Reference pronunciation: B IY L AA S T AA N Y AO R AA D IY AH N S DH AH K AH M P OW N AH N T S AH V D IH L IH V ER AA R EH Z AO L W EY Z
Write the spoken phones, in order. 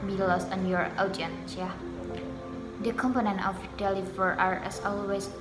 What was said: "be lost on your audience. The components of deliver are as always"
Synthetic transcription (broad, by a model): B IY L AA S T AA N Y AO R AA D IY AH N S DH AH K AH M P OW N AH N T AH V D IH L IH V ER AA R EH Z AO L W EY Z